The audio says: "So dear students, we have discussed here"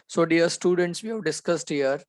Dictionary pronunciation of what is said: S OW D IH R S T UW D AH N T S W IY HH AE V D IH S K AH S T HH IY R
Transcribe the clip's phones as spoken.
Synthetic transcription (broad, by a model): S OW D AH R S T UW D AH N T S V IY HH AE V D IH S K AH S T HH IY R